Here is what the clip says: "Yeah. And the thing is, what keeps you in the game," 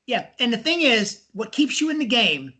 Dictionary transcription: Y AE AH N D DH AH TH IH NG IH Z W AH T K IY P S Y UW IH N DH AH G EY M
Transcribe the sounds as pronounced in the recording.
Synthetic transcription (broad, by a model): Y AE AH N DH AH TH IH NG IH Z W AH T K IY P S Y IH IH N DH AH G EY M